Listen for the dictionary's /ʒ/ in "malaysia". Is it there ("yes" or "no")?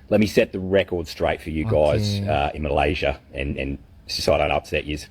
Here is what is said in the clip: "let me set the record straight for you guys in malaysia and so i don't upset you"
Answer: yes